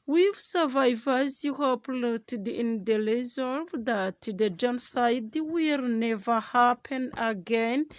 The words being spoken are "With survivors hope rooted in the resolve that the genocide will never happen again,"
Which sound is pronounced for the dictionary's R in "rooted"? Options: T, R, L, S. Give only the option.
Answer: L